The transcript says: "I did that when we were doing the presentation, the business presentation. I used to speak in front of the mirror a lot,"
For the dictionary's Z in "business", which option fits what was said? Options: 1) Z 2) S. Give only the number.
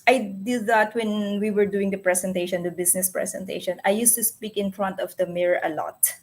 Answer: 2